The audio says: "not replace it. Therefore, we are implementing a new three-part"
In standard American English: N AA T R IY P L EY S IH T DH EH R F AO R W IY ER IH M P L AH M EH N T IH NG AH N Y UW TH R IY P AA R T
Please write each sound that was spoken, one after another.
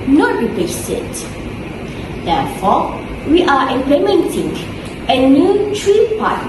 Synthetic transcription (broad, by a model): N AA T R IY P EY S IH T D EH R F AO W IY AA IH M P L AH M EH N T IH NG AH N Y UW T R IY P AA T